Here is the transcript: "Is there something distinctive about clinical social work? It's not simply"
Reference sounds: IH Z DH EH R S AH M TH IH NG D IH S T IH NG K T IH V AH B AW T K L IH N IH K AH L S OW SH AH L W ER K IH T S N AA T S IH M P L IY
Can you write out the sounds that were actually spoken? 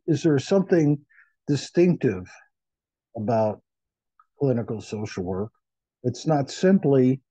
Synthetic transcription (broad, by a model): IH Z DH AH R S AH M TH IH NG D IH S T IH NG K T IH V AH B AW T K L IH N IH K L S OW SH L W ER K IH T S N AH T S IH M P L IY